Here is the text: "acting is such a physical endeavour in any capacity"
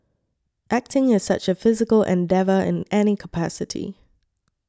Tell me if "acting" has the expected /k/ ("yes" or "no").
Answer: yes